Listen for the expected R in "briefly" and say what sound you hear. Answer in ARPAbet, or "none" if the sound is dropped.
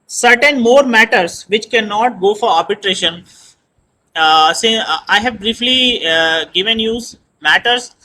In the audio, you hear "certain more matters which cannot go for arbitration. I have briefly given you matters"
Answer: R